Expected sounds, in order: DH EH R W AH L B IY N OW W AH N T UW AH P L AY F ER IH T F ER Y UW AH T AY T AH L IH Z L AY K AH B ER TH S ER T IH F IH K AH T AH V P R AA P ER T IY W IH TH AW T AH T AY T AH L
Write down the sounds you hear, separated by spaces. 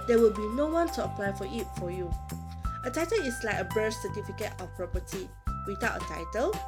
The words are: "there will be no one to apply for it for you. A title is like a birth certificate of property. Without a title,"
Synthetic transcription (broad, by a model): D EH W AH L B IY N OW W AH N T UW AH P L AY F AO IH T F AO Y UW AH T AY T AH L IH S L AY K AH B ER S S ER T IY F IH K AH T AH F P R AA P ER T IY W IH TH AW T AH T AY T AH L